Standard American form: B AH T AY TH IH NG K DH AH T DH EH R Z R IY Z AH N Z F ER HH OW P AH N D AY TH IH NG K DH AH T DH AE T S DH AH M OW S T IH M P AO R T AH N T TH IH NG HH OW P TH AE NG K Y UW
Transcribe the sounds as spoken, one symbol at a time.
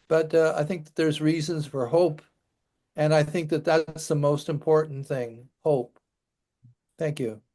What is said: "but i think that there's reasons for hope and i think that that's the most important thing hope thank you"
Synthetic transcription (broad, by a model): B AH T AY TH IH NG K DH AH T DH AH R Z R IY Z AH N Z F ER HH OW P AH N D AY TH IH NG K DH AH T DH AE T S DH AH M OW S T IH M P AO R T N TH IH NG HH OW P TH AE NG K Y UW